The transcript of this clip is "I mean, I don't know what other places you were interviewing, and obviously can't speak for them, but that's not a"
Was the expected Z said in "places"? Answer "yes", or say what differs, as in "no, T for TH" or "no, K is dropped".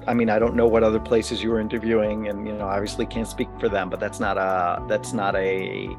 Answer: yes